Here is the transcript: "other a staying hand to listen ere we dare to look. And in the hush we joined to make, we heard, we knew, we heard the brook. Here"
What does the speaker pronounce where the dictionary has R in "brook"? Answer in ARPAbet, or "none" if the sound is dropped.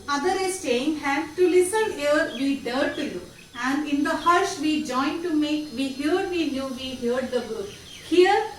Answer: none